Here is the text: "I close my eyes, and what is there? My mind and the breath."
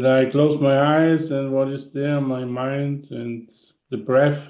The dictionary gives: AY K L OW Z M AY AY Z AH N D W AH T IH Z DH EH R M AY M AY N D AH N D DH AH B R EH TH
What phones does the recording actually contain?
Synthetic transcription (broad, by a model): AY K L OW Z M AY AY Z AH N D W AH T IH Z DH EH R M AY M AY N D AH N DH AH B R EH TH